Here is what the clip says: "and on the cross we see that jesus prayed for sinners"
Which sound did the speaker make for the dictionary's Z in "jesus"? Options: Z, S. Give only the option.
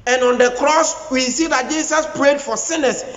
S